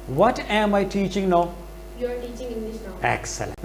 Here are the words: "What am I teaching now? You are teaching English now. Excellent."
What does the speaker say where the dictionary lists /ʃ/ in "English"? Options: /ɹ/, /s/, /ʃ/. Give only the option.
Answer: /s/